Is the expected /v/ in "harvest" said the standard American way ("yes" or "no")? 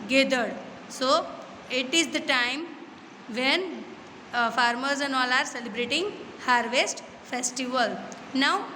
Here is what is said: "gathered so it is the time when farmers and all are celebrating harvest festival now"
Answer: yes